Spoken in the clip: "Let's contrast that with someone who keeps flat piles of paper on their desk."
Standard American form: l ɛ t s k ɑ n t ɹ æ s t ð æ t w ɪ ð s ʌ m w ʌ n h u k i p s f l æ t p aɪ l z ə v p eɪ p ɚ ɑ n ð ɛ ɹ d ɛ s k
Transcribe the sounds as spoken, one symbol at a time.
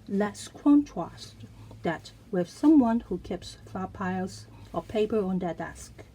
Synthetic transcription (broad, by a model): l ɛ t s k ɑ n t ɹ æ s t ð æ t w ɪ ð s ʌ m w ʌ n h u k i p s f æ p aɪ l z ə p eɪ p ɚ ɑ n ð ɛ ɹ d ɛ s k